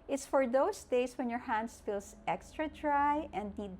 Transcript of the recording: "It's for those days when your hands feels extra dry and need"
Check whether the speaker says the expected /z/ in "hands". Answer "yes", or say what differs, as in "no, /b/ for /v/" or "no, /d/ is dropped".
no, /s/ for /z/